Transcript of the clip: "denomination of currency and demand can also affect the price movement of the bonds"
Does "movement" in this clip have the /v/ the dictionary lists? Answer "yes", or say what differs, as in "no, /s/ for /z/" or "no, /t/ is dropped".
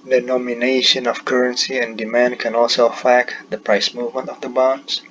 yes